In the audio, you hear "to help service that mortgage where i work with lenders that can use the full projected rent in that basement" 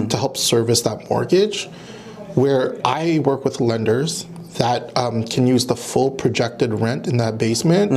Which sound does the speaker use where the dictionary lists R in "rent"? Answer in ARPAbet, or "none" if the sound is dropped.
R